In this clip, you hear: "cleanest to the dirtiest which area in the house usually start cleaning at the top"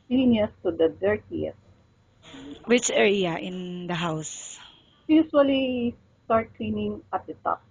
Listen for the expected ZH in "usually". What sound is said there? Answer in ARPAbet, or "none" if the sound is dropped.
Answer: S